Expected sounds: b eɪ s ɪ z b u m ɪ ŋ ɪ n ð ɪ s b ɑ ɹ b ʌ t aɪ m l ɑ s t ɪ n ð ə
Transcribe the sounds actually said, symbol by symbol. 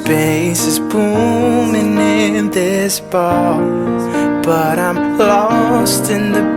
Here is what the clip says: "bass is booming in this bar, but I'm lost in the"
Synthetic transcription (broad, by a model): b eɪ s ɪ z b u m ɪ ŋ ɪ n ð ɪ s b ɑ l b ʌ t aɪ m l ɑ s t ɪ n ð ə